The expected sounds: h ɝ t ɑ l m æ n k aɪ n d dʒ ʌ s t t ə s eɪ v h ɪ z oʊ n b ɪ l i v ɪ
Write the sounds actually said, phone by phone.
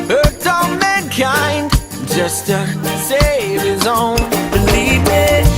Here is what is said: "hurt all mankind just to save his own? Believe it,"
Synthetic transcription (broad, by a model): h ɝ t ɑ n m æ n k aɪ n d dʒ ʌ s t t ə s eɪ v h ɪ z oʊ n b ɪ l i v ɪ